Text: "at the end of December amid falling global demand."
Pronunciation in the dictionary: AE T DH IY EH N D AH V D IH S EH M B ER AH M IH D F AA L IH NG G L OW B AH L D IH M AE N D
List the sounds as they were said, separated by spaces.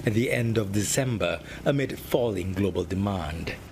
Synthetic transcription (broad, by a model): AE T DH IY EH N D AH V D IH S EH M B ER AH M IH D F AA L IH NG G L OW B AH L D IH M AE N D